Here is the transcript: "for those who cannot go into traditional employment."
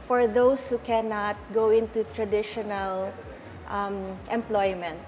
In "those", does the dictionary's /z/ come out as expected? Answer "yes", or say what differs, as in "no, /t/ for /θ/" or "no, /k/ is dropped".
no, /s/ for /z/